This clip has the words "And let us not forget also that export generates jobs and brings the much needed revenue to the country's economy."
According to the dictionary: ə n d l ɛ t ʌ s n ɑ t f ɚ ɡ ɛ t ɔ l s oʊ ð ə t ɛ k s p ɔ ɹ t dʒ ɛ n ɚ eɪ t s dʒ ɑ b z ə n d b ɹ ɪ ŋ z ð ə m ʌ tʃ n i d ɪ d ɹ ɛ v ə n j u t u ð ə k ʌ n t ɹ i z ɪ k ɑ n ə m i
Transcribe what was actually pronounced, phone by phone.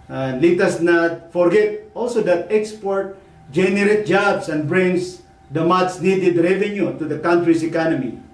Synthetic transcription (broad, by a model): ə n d l ɛ t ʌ s n ɑ t f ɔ ɡ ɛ t ɔ l s oʊ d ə t ɛ k s p ɔ ɹ t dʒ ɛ n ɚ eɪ t dʒ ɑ b s ə n d b ɹ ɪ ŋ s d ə m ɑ s n i d ɪ d ɹ ɛ v ə n j u t u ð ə k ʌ n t ɹ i s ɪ k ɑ n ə m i